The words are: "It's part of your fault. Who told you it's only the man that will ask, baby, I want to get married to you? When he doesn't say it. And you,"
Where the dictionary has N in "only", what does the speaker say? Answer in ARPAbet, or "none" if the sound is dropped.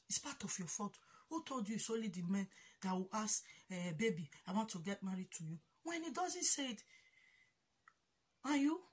none